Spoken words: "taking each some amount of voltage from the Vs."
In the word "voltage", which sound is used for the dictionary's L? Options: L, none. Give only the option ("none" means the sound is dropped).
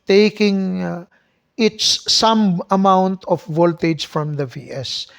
L